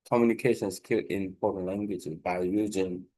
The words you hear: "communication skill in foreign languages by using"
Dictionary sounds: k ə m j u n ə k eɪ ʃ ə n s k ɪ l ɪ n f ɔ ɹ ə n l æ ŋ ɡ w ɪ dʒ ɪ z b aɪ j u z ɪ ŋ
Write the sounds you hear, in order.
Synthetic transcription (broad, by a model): k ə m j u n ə k eɪ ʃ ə n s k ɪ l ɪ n p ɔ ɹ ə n l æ ŋ ɡ w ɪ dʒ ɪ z b aɪ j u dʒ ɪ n